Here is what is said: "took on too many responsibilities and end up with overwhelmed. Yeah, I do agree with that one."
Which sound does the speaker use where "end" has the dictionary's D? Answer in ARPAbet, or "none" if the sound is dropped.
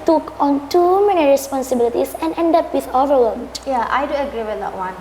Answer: D